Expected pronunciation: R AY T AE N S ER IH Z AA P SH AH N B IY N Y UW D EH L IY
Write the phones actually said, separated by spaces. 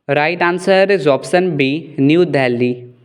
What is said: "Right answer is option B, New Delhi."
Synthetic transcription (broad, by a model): R AY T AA N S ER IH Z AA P S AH N B IY N Y UW D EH L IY